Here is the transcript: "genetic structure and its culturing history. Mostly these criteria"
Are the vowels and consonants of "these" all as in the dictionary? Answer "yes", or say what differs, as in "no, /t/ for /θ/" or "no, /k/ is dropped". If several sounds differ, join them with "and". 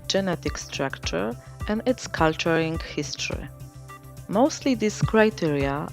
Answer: no, /s/ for /z/